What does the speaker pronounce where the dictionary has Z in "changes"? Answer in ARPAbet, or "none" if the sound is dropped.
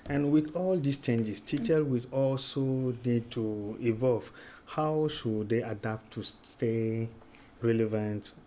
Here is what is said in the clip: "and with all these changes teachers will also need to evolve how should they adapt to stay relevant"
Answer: S